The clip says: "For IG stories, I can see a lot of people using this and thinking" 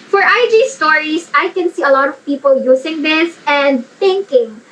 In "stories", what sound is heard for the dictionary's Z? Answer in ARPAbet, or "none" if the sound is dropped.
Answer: S